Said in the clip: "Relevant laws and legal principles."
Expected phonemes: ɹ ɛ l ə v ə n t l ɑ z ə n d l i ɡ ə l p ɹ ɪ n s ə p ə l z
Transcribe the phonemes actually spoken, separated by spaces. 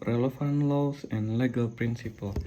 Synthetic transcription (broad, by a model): ɹ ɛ l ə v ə n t l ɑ s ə n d l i ɡ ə l p ɹ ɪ n s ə p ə l